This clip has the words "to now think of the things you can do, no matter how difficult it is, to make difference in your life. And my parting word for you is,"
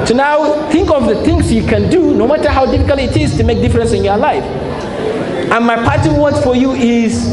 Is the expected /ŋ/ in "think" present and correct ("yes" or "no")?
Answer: yes